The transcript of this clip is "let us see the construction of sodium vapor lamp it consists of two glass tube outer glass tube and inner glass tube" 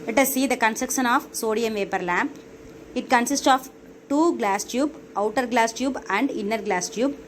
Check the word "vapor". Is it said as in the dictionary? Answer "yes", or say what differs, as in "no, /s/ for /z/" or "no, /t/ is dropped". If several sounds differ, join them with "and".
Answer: yes